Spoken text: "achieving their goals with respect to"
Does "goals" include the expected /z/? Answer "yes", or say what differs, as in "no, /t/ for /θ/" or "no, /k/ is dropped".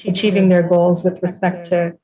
yes